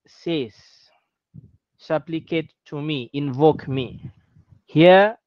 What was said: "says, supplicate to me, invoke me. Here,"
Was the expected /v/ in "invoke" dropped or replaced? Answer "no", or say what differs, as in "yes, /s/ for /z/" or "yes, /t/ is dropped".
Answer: no